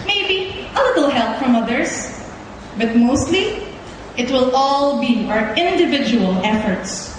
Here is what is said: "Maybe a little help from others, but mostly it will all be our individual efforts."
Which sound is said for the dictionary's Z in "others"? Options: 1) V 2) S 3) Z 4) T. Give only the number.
2